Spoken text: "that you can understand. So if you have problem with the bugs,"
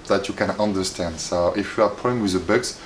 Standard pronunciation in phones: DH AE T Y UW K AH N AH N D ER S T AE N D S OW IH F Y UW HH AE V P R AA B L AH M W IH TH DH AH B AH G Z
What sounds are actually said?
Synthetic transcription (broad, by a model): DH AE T Y UW K AH N AH N D ER S T AE N D S OW IH F Y UW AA P AA L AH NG W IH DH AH B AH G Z